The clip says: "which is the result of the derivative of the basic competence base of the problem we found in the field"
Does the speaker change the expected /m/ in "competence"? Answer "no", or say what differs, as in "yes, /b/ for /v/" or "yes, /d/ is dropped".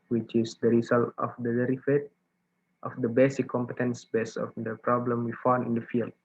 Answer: no